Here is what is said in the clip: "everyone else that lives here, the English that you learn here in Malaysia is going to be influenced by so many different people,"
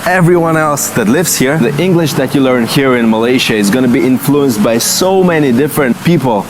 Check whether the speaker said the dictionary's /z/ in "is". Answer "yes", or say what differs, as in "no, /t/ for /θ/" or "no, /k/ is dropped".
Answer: yes